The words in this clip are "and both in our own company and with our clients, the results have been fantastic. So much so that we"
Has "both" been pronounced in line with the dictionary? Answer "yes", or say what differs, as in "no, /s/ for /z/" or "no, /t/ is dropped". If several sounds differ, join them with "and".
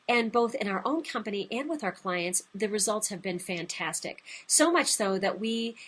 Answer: yes